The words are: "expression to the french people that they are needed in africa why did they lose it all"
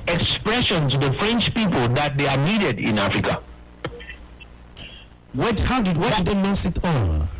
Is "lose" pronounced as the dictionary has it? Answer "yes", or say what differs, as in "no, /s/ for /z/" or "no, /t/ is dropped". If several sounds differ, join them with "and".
no, /n/ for /l/ and /s/ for /z/